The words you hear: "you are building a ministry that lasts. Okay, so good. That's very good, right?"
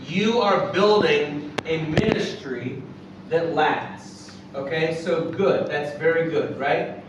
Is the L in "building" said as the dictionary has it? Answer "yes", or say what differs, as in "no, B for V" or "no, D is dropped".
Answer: yes